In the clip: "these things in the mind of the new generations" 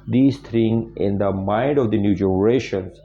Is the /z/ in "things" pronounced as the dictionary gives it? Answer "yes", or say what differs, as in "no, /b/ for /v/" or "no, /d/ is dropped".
no, /z/ is dropped